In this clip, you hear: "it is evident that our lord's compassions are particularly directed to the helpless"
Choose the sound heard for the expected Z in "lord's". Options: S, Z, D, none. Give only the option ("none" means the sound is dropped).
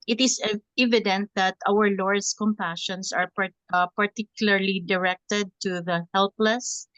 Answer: S